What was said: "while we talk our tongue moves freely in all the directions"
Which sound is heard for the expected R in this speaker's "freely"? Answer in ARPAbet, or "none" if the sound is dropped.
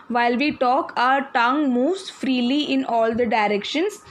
R